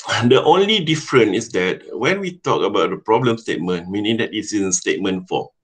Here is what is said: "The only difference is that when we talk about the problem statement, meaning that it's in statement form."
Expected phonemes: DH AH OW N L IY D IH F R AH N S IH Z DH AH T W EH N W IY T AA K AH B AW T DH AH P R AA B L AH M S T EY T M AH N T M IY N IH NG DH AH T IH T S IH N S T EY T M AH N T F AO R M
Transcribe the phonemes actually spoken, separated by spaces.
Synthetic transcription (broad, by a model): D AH OW N L IY D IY F R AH N IH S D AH T W EH N W IY T AA K AH B AW T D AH P R AA B L AH M S T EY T M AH N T M IY N IH NG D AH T IH T S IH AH S T EY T M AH N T F AO